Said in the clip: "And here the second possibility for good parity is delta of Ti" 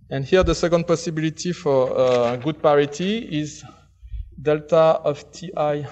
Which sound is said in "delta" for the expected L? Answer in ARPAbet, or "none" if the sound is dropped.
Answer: L